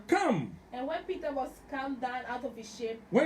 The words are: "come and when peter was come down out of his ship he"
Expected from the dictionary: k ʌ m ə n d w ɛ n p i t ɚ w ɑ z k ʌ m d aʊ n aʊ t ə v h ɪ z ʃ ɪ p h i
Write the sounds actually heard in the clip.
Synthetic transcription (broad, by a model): k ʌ m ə n w ɛ n p i t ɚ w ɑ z k ʌ m d aʊ n aʊ t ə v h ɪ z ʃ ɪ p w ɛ